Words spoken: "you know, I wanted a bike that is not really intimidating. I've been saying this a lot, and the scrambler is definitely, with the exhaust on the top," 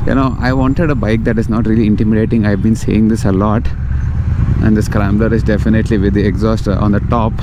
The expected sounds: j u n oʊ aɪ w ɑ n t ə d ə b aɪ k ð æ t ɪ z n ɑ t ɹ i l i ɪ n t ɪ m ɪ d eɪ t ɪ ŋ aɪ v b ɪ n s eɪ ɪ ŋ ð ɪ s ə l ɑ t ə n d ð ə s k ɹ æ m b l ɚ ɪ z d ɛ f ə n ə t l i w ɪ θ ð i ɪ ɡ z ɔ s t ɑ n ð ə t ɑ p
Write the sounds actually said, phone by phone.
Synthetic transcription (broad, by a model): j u n oʊ aɪ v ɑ n t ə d ə b aɪ k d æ t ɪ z n ɑ t ɹ i l i ɪ n t ɪ m ɪ d eɪ t ɪ ŋ aɪ v b ɪ n s eɪ ɪ ŋ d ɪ s ə l ɑ t ə n d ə s k ɹ æ m b l ɚ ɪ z d ɛ f ə n ə t l i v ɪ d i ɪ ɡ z ɔ s t ɑ n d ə t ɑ p